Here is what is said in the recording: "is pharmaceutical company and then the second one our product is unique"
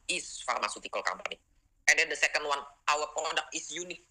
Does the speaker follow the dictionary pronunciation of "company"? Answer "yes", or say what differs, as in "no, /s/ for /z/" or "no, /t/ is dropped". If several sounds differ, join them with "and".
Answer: no, /b/ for /p/